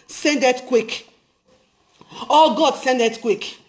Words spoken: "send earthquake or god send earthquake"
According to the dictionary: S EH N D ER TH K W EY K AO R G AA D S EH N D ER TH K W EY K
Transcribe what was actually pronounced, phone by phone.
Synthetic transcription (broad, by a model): S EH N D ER T K W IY K AO L G AA D S EH N D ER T K W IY K